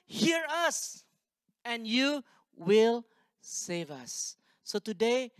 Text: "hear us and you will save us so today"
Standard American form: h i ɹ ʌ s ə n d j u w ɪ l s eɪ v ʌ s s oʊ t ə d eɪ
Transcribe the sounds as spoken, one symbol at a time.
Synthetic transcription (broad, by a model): h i ɹ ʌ s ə n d j u w ɪ l s eɪ v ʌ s s oʊ t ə d eɪ